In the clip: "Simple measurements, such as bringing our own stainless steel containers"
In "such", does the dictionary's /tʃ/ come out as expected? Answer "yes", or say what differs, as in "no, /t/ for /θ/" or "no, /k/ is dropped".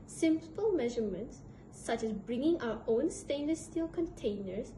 yes